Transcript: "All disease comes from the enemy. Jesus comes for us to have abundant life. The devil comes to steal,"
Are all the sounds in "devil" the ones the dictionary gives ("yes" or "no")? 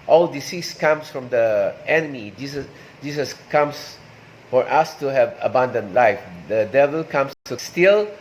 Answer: yes